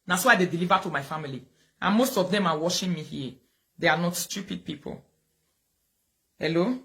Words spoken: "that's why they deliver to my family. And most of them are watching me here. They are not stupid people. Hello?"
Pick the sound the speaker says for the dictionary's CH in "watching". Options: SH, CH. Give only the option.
SH